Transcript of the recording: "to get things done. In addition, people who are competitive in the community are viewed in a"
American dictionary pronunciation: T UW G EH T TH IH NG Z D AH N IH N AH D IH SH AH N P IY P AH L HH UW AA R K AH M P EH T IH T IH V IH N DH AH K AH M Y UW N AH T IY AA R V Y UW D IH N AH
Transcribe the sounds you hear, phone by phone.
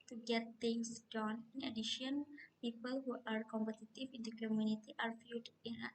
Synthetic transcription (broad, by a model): T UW G EH T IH NG S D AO N IH N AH D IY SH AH N P IY P AH L HH UW AA R K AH M P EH T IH T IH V IH N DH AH K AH M Y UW N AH T IY AA R F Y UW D IH N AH